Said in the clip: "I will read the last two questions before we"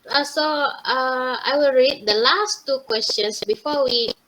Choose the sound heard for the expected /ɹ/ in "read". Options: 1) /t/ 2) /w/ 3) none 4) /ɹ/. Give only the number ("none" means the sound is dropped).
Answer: 4